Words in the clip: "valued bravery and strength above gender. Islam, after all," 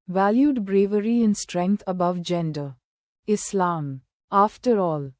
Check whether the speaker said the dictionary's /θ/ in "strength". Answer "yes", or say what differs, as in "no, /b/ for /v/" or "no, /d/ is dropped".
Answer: no, /t/ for /θ/